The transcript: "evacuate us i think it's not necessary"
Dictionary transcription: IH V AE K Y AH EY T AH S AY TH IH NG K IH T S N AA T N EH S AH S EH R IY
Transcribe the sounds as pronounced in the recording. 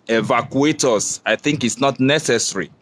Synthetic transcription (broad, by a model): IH V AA K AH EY T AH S AY TH IH NG K IH T S N AA T N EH S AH S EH R IY